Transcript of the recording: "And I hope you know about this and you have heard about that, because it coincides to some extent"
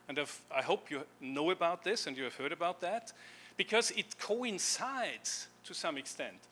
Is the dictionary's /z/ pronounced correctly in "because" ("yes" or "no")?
yes